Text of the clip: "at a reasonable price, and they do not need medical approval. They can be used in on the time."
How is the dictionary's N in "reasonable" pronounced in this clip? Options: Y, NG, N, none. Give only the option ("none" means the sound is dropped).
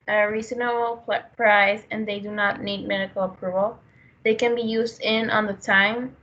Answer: none